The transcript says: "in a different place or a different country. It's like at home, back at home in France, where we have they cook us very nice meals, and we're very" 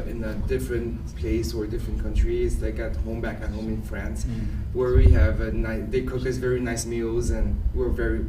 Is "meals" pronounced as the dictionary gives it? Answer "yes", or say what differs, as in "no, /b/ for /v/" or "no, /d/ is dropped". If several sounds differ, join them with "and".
yes